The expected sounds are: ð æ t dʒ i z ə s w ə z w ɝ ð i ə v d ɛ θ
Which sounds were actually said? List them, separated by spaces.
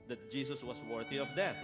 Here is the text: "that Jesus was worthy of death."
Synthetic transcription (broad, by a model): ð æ t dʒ i s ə s w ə s w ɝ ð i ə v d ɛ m